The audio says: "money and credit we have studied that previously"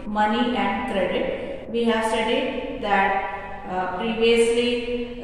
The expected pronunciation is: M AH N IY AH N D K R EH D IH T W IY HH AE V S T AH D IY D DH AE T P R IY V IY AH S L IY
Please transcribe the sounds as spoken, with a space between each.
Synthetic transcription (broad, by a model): M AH N IY AH N D K R EH D IH T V IY HH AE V S T AH D IY D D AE T P R IY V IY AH S L IY